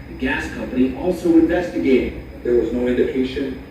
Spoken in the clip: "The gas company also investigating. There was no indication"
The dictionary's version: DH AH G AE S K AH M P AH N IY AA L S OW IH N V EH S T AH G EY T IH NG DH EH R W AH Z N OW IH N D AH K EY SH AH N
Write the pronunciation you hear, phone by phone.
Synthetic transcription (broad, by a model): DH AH G AE S K AH M P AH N IY AA L S OW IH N V EH S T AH G EY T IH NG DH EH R W AH Z N OW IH N D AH K EY SH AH N